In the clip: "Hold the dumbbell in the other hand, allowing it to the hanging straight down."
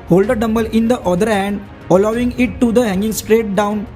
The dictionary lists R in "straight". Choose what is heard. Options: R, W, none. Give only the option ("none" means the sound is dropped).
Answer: R